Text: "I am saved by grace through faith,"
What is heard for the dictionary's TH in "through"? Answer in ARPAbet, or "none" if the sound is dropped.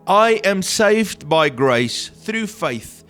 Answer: TH